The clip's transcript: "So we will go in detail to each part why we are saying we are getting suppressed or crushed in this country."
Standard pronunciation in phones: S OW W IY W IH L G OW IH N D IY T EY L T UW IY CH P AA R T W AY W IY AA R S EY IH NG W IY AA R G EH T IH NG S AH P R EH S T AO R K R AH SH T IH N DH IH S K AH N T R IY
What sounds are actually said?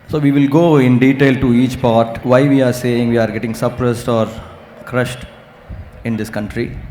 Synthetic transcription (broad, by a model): S OW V IY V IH L G OW IH N D IY T EY L T UW IY CH P AA R T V AY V IY AA R S EY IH NG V IY AA R G EH T IH NG S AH P R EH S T AO R K R AH SH T IH N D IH S K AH N T R IY